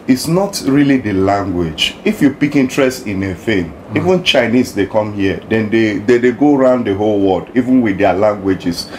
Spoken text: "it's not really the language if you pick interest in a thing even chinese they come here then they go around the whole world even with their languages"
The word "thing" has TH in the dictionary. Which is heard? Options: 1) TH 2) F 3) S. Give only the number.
2